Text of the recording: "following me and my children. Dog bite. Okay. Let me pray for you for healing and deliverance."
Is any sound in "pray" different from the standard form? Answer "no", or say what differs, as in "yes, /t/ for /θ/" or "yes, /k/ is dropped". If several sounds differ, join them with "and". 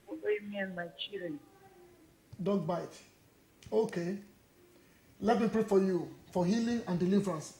no